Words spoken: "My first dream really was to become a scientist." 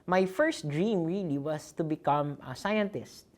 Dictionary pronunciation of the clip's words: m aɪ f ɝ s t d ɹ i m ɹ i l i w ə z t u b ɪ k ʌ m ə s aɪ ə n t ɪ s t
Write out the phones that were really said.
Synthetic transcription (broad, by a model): m aɪ f ɝ s t d ɹ i m ɹ i l i w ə s t u b ɪ k ʌ m s aɪ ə n t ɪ s t